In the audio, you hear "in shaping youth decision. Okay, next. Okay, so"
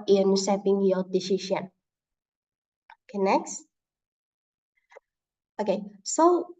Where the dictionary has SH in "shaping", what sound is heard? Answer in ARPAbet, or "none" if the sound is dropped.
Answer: S